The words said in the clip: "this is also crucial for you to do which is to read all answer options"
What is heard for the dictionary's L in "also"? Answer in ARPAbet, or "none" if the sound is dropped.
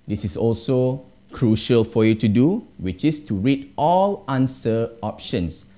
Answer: L